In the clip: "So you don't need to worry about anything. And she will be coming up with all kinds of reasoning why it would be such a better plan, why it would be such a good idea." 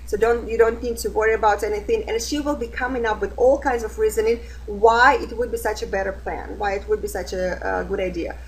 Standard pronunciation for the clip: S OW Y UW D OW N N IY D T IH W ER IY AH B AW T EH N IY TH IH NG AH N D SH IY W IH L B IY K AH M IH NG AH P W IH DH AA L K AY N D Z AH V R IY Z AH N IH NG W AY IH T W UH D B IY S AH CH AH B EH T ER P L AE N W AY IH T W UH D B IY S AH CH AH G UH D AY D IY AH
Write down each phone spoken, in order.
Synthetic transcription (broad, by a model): S OW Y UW D OW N N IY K T IH W ER IY AH B AW T EH N IY TH IH NG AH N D SH IY W IH L B IY K AH M IH NG AH P W IH DH AA L K AY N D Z AH V R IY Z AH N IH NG W AY IH T W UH D B IY S AH CH AH B EH T ER P L AE N W AY IH T W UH D B IY S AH CH AH G UH D AY D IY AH